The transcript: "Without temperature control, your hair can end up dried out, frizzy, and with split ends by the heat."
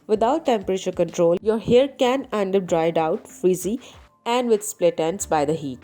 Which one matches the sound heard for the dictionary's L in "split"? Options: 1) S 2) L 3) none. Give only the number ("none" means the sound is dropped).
2